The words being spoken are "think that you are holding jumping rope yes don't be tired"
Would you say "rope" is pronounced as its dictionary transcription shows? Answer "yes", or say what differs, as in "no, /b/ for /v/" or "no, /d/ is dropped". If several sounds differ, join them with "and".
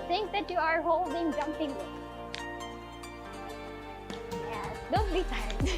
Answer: no, /w/ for /ɹ/